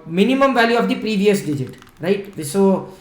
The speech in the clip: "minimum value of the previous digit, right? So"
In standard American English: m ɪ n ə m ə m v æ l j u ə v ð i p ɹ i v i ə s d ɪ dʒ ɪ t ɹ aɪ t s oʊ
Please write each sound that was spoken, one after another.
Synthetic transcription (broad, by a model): m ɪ n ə m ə m v æ l j u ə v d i p ɹ i v i ə s d ɪ dʒ ɪ t ɹ aɪ t s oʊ